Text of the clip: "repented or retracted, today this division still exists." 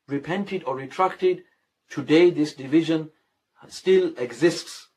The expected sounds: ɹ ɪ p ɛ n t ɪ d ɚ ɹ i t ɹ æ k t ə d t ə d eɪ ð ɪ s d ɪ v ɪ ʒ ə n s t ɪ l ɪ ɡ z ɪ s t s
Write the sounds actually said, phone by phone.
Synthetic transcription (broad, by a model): ɹ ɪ p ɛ n t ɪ d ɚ ɹ i t ɹ æ k t ə d t ə d eɪ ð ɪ s d ɪ v ɪ ʒ ə n s t ɪ l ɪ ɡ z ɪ s t s